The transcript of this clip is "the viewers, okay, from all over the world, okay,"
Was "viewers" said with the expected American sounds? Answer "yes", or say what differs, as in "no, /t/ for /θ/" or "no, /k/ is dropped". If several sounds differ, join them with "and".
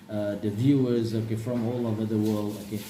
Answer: yes